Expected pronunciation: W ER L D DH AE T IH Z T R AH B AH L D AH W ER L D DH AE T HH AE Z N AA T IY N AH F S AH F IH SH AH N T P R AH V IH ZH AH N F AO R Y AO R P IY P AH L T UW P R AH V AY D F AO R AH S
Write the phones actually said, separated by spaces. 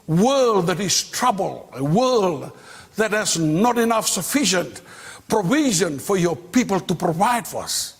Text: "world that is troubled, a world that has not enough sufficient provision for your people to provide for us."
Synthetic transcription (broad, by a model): W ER L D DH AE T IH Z T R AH B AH L AH W ER L D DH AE T HH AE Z N AA T IY N AH F S AH F IH SH AH N T P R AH V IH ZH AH N F AO R Y AO R P IY P AH L T UW P R AH V AY D F AO R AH S